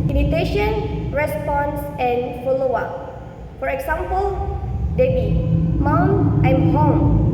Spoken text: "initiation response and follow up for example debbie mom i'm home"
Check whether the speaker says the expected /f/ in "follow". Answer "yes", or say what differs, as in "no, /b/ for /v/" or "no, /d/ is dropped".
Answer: yes